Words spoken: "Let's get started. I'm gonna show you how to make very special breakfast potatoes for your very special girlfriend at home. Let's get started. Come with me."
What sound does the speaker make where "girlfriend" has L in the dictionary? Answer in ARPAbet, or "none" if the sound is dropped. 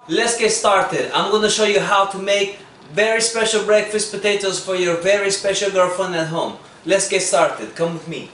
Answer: none